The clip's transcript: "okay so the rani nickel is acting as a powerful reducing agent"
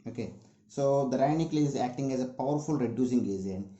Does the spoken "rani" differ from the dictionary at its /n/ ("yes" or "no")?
yes